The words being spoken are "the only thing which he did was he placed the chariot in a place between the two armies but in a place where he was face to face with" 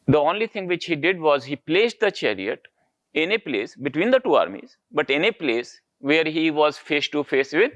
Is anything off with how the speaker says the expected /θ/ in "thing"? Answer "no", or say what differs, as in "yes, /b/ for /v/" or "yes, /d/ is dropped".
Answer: yes, /t/ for /θ/